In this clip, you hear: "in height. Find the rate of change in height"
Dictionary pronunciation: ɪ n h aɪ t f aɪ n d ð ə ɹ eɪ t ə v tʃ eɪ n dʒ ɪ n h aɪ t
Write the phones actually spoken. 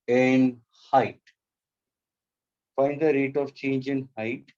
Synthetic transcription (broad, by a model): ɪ n h aɪ t f aɪ n d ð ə ɹ eɪ t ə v tʃ eɪ n dʒ ɪ n h aɪ t